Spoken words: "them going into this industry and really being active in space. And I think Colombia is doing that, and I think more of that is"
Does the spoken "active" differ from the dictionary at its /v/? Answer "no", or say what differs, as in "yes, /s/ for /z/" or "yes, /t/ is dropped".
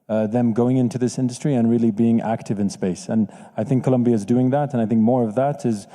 no